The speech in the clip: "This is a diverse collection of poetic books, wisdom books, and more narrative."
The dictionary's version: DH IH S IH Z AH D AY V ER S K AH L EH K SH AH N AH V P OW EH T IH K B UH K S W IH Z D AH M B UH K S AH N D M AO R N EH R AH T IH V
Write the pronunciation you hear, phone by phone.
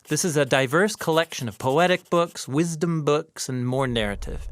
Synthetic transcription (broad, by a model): DH IH S IH Z AH D AY V ER S K AH L EH K SH AH N AH V P OW EH T IH K B UH K S W IH Z D AH M B UH K S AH N M AO R N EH R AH T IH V